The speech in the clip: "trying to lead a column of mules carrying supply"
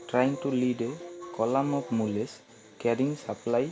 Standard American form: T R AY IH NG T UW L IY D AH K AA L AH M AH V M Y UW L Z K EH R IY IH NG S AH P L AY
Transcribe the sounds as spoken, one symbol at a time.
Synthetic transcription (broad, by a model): T R AY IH NG T UW L IY D AH K AA L AH M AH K M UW L S K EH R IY NG S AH P L AY